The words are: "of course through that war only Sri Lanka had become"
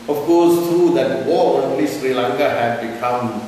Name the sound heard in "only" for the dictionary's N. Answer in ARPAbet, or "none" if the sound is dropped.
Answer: none